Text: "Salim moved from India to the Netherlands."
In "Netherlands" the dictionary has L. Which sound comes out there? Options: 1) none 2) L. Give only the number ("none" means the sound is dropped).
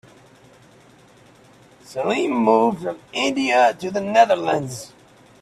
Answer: 2